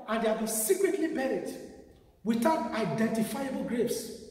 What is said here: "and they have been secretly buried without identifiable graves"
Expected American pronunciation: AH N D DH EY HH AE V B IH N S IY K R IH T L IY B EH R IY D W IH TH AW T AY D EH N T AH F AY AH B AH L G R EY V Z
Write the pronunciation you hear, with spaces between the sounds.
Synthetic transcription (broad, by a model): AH N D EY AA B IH S IY K R IH T L IY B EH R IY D W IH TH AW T AY D EH N T AH F AY AH B AH L G R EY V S